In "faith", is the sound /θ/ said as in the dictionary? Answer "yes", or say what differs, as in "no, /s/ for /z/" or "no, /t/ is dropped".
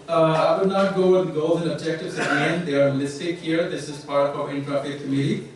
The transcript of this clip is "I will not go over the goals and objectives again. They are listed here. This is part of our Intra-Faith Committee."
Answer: no, /t/ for /θ/